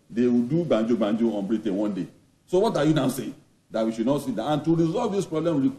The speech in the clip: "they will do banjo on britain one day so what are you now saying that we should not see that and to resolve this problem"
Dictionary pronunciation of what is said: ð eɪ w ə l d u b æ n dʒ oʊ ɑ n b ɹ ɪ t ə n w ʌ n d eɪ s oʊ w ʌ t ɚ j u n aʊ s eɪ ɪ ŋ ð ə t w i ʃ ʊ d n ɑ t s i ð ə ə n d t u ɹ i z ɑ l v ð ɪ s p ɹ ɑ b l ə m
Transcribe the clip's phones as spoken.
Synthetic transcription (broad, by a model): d eɪ w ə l d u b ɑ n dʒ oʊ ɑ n b ɹ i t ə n w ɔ n d eɪ s oʊ w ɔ t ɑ j u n aʊ s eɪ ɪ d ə t w i ʃ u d n ɑ t s i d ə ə n t u ɹ i z ɑ l v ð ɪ s p ɹ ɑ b l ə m